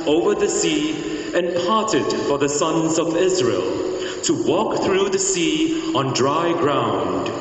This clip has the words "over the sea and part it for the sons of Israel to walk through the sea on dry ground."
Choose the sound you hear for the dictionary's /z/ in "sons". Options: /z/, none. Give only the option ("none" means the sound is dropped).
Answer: /z/